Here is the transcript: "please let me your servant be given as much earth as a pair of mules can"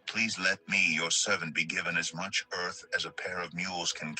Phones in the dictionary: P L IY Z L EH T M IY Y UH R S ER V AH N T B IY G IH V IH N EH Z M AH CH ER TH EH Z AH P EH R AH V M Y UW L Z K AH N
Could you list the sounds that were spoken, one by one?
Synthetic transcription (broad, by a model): P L IY Z L EH T M IY Y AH R S ER V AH N B IY G IH V IH N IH Z M AH CH ER TH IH Z AH P EH R AH V M Y UW L Z K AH N